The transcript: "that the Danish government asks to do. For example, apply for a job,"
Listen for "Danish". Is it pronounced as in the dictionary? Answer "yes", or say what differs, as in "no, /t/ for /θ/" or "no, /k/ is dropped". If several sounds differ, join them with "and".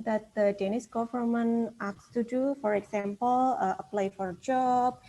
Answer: no, /s/ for /ʃ/